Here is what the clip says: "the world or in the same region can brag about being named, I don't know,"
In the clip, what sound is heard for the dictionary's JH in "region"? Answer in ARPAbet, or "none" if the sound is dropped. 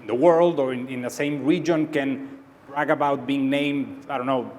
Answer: JH